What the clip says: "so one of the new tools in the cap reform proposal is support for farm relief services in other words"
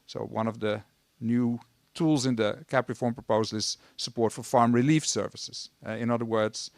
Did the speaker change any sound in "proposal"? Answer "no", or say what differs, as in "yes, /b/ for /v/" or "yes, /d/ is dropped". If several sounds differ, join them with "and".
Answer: no